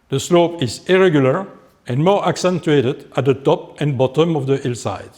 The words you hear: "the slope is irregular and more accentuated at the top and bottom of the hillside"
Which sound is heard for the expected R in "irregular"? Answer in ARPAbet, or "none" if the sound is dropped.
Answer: R